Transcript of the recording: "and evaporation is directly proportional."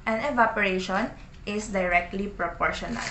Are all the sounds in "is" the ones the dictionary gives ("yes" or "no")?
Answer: no